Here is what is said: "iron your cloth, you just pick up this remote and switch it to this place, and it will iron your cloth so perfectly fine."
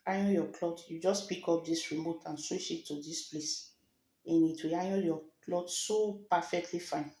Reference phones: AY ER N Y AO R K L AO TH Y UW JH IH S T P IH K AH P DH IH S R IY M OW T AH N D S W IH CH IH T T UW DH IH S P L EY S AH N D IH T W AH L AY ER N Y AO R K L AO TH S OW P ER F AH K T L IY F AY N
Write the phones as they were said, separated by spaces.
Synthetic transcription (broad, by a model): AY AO Y AO K L AO T Y UW JH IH S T P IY K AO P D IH S R IY M OW T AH N S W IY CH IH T T UW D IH S P L EY S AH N IH T W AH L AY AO Y AO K L AO T S OW P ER F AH K T L IY F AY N